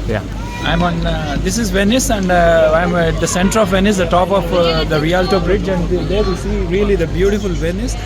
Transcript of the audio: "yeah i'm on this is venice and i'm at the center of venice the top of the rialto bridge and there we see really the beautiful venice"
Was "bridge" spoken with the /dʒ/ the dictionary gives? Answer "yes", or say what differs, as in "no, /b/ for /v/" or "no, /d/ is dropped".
yes